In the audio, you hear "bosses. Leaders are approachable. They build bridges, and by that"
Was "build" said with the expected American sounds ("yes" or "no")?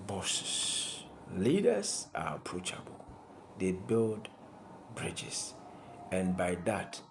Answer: yes